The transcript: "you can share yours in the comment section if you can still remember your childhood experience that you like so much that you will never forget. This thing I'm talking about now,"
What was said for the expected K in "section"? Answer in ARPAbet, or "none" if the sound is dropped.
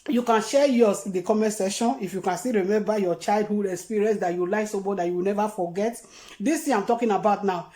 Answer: none